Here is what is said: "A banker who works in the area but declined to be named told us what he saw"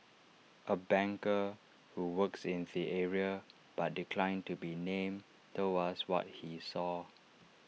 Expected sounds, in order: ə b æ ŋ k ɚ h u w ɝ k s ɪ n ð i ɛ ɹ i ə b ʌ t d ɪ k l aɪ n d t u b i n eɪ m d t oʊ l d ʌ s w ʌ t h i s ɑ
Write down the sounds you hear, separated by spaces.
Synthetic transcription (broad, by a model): ə b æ ŋ k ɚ h u w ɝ k s ɪ n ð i ɛ ɹ i ə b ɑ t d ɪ k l aɪ n t u b i n eɪ m t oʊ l ʌ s w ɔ t h i s ɑ